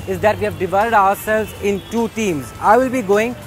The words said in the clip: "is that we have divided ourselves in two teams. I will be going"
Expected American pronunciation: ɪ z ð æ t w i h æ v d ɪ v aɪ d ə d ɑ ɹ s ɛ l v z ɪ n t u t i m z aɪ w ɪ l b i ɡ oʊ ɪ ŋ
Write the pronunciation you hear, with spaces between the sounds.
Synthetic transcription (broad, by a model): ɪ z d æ t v i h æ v d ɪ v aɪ d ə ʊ ɑ ɹ s ɛ l v z ɪ n t u t i m z aɪ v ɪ l b i ɡ oʊ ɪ ŋ